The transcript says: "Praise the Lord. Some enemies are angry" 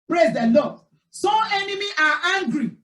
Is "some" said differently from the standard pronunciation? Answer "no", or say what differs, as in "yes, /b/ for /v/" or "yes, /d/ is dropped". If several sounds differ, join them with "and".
yes, /m/ is dropped